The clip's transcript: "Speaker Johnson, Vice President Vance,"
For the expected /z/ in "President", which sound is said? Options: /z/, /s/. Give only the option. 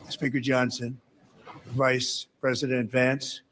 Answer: /z/